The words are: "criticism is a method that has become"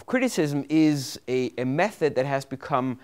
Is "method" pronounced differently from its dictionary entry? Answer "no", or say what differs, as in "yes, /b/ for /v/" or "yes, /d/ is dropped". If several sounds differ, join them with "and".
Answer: no